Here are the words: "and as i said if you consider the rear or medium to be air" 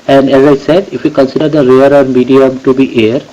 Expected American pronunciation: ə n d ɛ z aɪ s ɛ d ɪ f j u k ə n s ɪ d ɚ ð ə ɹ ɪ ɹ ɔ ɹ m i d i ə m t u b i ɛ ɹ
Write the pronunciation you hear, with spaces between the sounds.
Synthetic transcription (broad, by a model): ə n d ɛ z aɪ s ɛ d ɪ f j u k ə n s ɪ d ɚ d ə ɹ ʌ ɹ ɔ ɹ m i d i ə m t u b i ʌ ɹ